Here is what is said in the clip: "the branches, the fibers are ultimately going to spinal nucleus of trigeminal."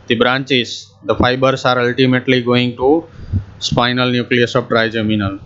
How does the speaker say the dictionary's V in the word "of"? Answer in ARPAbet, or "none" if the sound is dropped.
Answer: P